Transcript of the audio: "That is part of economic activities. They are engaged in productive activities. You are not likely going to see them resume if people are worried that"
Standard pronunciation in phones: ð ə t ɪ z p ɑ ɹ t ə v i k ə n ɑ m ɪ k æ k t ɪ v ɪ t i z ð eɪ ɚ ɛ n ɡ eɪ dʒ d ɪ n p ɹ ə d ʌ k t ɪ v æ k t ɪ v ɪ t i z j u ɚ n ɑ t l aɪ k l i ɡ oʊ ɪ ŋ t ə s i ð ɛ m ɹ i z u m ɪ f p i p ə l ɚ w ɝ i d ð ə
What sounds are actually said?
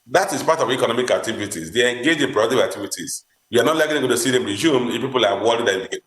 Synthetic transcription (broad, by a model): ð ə t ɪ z p ɑ t ə v i k ə n ɑ m ɪ k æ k t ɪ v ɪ t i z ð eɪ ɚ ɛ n ɡ eɪ dʒ ɪ n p ɹ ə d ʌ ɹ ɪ k t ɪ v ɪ t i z j u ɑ n ɑ t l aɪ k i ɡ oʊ t ə s i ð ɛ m ɹ i z u m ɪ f p i p ə l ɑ w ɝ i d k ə